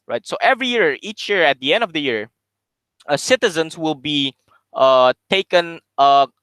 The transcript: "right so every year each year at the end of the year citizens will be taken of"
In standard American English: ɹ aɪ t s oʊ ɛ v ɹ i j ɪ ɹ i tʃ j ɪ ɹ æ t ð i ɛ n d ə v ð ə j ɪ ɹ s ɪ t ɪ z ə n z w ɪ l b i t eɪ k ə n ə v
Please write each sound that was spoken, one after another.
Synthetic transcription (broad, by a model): ɹ aɪ t s oʊ ɛ v ɹ i j ɪ ɹ i tʃ j ɪ ɹ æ t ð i ɛ n d ə v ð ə j ɪ ɹ s ɪ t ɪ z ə n s w ɪ l b i t eɪ k ə n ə